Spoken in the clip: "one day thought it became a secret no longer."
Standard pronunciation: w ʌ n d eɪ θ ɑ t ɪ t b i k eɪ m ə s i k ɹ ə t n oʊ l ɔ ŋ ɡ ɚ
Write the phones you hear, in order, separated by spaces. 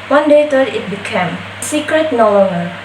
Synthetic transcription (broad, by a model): w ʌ n d eɪ t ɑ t ɪ t b i k eɪ m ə s i k ɹ ə t n oʊ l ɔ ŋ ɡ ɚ